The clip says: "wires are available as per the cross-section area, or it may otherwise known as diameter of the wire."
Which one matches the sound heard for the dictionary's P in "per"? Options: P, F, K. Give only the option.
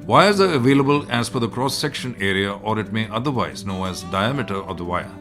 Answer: F